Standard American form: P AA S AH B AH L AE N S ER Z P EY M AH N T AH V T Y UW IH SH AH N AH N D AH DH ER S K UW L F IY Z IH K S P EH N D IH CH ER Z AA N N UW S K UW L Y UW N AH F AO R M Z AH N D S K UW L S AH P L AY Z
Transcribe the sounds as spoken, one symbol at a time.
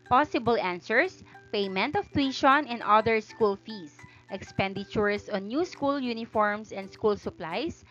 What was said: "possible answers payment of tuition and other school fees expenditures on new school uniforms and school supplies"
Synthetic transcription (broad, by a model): P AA S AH B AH L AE N S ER S P EY M AH N T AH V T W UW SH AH N AH N D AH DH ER S K UW L F IY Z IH K S P EH N D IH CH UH S AA N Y UW S K UW L Y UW N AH F AO R M S AH N D S K UW L S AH P L AY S